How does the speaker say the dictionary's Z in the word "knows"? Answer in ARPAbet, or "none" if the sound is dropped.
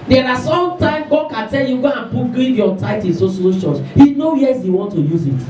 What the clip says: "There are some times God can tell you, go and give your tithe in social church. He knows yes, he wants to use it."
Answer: none